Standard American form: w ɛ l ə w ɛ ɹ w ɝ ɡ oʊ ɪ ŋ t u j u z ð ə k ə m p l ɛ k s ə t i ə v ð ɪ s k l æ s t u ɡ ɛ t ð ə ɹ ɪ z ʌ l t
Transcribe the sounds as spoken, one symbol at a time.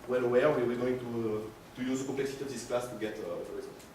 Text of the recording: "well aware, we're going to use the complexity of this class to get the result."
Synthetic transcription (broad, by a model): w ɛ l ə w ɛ w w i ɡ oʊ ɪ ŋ t u j u z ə k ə p l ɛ k s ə t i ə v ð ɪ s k l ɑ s t u ɡ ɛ t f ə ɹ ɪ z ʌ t